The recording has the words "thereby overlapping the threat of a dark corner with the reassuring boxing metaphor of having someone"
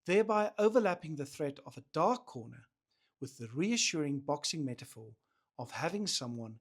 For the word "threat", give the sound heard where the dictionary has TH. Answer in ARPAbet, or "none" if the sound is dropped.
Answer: TH